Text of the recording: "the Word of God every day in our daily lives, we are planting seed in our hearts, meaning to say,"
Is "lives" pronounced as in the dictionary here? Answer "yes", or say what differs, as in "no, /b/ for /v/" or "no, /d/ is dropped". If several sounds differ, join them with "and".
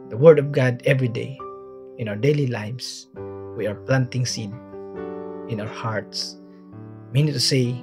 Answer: no, /s/ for /z/